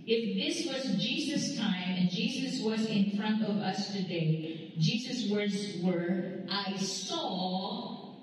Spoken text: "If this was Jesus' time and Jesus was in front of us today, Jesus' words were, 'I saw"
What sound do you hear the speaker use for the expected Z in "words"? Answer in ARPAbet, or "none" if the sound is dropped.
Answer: Z